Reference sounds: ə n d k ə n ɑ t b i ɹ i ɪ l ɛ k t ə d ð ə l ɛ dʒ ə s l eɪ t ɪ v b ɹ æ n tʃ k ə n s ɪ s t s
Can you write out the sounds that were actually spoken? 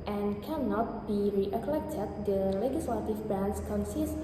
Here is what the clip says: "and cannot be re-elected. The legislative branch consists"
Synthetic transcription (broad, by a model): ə n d k ə n ɑ t b i ɹ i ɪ l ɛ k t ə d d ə l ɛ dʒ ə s l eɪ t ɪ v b æ n s k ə n s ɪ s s